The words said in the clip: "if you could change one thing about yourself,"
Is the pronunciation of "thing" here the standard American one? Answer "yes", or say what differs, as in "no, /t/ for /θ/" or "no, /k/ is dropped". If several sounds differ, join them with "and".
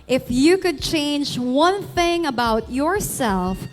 yes